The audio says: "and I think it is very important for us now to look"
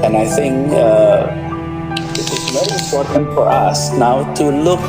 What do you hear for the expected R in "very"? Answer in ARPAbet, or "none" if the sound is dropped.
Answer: none